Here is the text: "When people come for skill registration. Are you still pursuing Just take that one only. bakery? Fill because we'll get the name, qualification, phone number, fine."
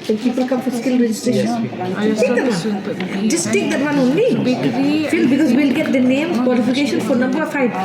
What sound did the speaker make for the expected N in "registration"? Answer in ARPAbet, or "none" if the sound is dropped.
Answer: none